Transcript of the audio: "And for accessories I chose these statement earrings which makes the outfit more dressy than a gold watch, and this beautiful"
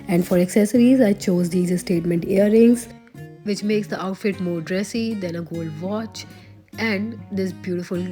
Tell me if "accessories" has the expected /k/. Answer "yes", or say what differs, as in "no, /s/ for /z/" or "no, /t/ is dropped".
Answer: yes